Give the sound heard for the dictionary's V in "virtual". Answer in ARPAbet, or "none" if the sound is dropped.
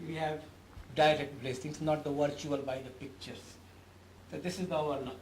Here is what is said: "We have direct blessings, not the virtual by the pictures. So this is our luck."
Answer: V